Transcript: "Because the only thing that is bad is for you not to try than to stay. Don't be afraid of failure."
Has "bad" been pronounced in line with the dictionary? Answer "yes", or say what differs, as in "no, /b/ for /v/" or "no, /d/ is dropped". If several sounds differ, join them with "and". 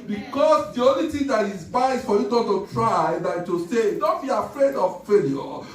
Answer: no, /d/ is dropped